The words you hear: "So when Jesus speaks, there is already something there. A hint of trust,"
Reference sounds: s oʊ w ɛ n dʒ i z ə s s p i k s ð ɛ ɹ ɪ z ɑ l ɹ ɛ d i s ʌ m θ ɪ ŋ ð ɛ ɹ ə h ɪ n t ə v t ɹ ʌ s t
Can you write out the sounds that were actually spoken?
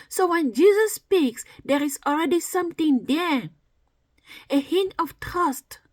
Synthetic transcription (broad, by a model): s oʊ w ɛ n dʒ i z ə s s p i k s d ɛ ɹ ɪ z ɑ l ɹ ɛ d i s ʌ m t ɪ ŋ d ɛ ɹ ə h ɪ n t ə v t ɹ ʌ s t